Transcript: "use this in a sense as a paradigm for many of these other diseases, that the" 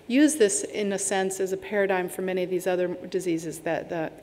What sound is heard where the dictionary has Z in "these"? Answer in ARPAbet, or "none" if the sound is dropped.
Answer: Z